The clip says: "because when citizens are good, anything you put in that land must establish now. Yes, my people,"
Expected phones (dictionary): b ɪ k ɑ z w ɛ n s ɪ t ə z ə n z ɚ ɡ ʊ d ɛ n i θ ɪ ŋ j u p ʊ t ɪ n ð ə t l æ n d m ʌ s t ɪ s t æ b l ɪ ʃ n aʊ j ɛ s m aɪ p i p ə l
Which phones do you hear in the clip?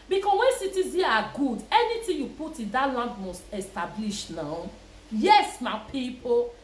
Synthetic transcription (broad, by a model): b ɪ k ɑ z w ɛ n s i t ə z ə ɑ ɡ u d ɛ n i t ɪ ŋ j u p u t ɪ n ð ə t l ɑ n d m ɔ s t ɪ s t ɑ b l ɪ ʃ n aʊ j ɛ s m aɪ p i p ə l